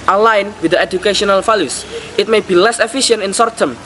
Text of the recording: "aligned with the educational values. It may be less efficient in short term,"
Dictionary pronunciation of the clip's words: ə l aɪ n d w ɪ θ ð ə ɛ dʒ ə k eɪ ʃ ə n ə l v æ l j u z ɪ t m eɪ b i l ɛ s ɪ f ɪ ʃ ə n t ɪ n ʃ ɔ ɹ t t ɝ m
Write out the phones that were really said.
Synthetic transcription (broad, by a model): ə l aɪ n w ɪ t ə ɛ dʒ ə k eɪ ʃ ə n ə l f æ l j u s ɪ t m eɪ b i l ɛ s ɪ f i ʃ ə n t ɪ n s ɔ ɹ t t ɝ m